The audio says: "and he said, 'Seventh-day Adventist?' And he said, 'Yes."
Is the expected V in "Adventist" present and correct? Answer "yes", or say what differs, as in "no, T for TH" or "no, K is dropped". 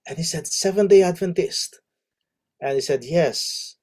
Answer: yes